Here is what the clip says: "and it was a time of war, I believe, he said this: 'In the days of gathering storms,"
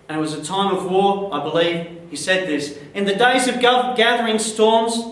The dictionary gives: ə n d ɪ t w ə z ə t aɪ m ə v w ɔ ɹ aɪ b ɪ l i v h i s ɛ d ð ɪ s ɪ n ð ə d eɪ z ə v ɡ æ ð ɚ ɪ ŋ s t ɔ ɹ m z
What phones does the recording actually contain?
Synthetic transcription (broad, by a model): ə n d ɪ t w ə z ə t aɪ m ə v w ɔ ɹ aɪ b ɪ l i v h i s ɛ d ð ɪ s ɪ n ð ə d eɪ z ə v ɡ æ ð ɚ ɪ ŋ s t ɔ ɹ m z